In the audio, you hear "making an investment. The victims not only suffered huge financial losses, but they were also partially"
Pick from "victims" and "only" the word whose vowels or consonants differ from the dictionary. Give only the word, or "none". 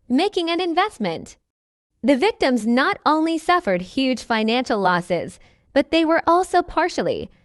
none